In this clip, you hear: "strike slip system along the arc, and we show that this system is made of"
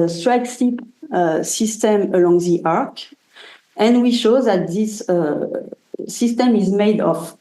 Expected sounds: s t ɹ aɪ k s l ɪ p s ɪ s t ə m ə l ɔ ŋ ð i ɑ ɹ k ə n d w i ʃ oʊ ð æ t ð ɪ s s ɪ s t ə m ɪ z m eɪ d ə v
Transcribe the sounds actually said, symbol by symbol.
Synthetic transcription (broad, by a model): s t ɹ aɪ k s i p s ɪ s t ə m ə l ɔ ŋ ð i ɑ ɹ k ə n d w i ʃ oʊ ð æ t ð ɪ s s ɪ s t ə m ɪ z m eɪ d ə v